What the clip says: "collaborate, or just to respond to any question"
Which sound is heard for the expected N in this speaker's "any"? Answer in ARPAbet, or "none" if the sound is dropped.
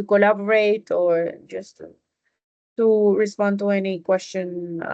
N